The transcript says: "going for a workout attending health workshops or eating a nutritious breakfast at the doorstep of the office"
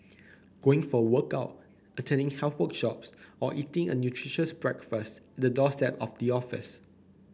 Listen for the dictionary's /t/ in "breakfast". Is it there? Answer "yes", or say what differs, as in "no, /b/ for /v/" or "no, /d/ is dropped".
yes